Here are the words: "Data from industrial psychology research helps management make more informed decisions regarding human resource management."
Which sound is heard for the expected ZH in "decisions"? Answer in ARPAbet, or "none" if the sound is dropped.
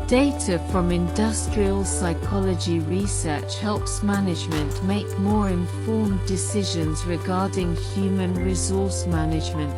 ZH